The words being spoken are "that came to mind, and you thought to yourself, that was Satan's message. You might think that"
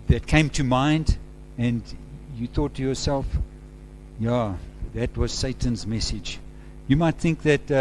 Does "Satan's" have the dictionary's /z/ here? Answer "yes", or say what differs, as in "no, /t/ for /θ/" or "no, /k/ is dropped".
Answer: yes